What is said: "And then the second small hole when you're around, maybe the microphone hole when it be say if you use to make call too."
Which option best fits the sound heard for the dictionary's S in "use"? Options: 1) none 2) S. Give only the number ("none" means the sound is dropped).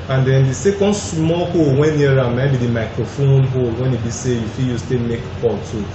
2